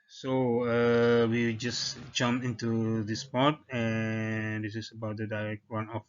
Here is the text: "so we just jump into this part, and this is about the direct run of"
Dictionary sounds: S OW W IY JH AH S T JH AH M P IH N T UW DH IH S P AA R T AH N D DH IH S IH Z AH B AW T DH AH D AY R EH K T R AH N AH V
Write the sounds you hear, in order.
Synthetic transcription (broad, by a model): S OW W IY JH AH S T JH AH M IH N T UW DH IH S P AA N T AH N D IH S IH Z AH B AW T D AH D AY R EH K T W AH N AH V